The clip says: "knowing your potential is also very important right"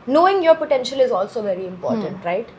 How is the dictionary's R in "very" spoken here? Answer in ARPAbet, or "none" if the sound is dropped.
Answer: R